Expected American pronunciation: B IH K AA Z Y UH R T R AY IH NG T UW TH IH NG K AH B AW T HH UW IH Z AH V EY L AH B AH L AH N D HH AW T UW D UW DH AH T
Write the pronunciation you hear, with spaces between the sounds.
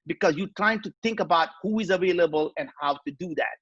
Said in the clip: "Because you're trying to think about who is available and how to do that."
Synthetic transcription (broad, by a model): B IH K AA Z Y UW T R AY IH NG T UW T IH NG K AH B AW T HH UW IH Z AH V EY L AH B AH L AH N HH AW T UW D UW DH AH T